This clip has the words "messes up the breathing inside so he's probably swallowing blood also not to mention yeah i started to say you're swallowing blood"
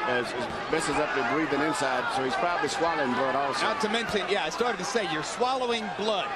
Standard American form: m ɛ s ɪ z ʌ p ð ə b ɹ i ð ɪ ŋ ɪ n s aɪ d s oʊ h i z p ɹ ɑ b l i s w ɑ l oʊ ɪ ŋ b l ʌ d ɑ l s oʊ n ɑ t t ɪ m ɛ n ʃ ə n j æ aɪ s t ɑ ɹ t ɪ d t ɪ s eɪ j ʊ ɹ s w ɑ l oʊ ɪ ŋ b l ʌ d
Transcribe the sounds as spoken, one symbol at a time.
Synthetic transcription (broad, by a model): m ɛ s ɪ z ʌ p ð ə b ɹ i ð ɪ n ɪ n s aɪ d s oʊ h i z p ɹ ɑ b l i s w ɑ l oʊ ɪ ŋ b l ʌ d ɑ l s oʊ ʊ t t ɪ m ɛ n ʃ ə n j æ aɪ s t ɑ ɹ t ɪ d t ɪ s eɪ j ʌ ɹ s w ɑ l oʊ ɪ ŋ b l ʌ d